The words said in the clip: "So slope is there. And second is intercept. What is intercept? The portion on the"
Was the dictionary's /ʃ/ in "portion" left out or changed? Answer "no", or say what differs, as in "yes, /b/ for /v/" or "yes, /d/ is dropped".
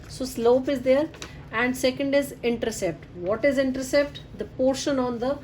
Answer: no